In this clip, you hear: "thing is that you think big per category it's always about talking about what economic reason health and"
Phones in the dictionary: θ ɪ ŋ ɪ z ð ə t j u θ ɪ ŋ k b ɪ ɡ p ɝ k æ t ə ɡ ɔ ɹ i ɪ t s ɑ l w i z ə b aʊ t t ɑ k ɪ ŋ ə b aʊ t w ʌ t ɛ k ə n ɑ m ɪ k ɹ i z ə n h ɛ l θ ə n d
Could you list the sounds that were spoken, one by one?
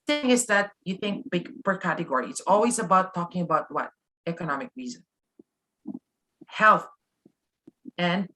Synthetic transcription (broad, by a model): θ ɪ ŋ ɪ z ð ə t j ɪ θ ɪ ŋ k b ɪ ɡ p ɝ k æ t ə ɡ ɔ ɹ i ɪ t s ɑ l w i z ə b aʊ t t ɑ k ɪ ŋ ə b aʊ t w ʌ t ɛ k ə n ɑ m ɪ k ɹ i z ə n h ɛ l θ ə n